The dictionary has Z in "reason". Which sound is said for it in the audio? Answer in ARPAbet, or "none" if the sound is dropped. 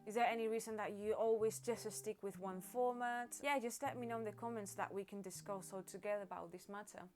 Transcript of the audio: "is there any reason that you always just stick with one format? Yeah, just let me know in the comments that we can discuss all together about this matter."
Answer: Z